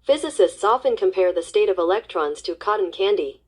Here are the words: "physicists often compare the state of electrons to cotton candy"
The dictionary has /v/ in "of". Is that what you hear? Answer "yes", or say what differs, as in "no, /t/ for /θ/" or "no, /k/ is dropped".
yes